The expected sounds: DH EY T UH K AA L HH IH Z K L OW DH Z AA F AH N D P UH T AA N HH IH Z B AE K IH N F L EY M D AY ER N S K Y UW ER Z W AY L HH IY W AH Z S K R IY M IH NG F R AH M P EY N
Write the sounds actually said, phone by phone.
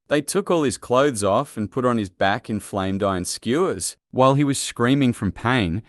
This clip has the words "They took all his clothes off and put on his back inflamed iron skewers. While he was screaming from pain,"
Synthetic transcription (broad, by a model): DH EY T UH K AA L IH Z K L OW DH Z AA F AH N P UH T N IH Z B AE K IH N F L EY M D AY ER N S K Y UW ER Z W AY L IY W AH Z S K R IY M IH NG F R AH M P EY N